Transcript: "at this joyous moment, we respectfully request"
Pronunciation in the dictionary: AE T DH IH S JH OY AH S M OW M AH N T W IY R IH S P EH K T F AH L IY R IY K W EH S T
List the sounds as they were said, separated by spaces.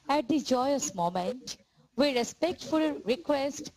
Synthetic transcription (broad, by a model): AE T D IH JH OY AH S M OW M AH N T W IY R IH S P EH K T F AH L R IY K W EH S T